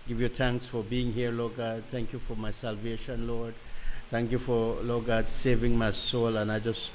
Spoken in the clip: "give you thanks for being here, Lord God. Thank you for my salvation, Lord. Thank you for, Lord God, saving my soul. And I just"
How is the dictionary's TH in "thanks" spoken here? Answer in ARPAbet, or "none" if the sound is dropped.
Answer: T